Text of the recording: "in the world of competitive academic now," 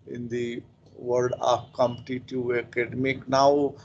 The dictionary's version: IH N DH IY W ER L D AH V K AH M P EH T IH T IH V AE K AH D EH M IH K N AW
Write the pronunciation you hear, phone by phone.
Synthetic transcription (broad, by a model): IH N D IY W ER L D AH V K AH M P T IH T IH AE K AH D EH M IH K N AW